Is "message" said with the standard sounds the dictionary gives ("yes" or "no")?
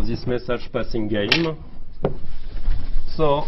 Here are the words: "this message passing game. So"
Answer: no